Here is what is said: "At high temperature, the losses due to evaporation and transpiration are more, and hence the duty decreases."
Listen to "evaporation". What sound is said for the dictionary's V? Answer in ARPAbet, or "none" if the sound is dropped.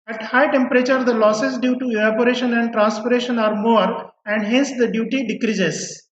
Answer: none